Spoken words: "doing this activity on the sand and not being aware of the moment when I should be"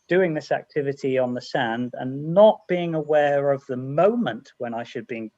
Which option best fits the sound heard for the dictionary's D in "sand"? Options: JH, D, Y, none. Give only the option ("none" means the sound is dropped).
D